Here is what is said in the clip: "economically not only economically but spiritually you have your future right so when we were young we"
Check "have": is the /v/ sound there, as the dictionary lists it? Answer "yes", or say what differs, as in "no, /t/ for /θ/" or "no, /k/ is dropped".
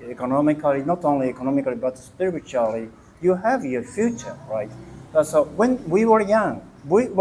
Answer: yes